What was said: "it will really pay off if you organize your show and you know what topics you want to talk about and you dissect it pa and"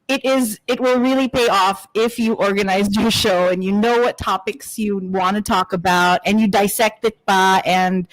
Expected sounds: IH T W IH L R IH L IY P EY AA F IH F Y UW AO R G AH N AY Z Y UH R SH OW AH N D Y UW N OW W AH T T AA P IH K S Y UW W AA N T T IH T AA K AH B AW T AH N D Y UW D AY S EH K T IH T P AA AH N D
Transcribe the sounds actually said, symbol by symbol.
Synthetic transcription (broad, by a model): IH T W IH L R IH L IY P EY AA F IH F Y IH AO R G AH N AY Z Y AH R SH OW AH N Y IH N OW W AH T T AA P IH K S Y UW W AA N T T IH T AA K AH B AW T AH N Y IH D AY S EH K T IH T B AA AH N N